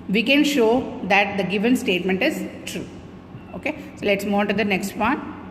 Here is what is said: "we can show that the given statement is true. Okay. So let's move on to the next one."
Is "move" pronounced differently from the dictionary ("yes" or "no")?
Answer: yes